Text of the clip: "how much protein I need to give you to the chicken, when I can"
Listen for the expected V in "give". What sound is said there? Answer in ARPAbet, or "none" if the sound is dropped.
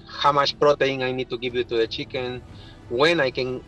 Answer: P